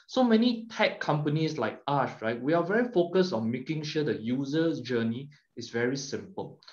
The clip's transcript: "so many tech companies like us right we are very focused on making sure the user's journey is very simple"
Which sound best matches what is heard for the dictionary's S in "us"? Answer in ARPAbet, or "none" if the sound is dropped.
SH